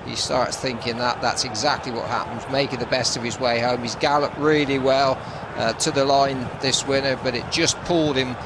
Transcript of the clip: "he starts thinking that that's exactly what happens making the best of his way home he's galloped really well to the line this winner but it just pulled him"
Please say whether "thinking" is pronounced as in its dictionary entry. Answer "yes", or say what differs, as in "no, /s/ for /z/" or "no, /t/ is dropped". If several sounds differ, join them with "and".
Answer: yes